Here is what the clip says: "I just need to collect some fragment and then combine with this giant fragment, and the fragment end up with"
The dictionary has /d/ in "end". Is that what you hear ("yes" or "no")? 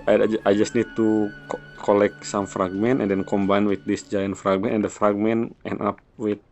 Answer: no